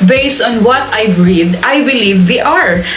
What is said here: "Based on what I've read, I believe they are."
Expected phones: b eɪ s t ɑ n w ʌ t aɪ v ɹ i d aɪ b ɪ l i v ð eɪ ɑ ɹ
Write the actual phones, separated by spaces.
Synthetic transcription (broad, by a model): b eɪ s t ɑ n w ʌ t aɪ b ɹ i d aɪ b ɪ l i v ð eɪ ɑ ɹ